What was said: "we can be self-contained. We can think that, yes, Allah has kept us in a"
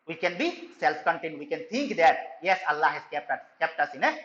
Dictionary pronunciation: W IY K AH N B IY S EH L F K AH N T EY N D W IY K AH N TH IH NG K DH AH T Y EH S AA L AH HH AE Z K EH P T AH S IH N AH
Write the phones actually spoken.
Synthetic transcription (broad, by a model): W IY K AH N B IY S EH L F K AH N T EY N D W IY K AH N T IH NG K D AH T Y EH S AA L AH HH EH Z K EH P T AH S IH N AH